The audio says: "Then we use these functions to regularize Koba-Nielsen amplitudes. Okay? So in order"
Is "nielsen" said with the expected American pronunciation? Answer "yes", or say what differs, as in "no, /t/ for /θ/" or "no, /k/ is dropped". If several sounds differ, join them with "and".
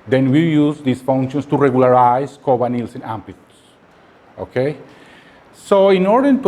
yes